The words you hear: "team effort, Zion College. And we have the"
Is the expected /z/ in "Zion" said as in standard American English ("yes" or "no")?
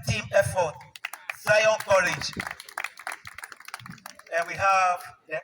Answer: no